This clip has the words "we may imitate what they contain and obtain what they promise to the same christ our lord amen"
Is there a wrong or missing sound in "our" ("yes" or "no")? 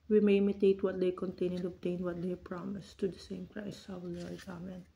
yes